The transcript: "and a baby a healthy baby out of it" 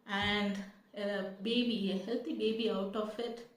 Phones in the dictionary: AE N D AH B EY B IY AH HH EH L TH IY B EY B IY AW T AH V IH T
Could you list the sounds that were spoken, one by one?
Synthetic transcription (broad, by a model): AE N D AH B EY B IY AH HH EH L T IY B EY B IY AW T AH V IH T